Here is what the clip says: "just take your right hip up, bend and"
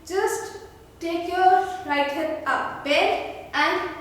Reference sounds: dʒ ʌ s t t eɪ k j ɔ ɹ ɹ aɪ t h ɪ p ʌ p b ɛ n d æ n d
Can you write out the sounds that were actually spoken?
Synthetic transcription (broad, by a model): dʒ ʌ s t t eɪ k j ɔ ɹ ɹ aɪ t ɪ ʌ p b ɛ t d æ n d